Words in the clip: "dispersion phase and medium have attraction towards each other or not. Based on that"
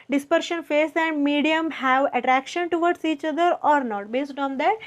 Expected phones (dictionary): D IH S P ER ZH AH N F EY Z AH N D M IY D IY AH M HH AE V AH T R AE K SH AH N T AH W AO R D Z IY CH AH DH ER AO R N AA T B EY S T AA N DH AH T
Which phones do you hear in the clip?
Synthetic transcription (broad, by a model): D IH S P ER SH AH N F EY S AH N D M IY D IY AH M HH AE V AH T R AE K SH AH N T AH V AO R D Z IY CH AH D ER AO R N AA T B EY S T AA N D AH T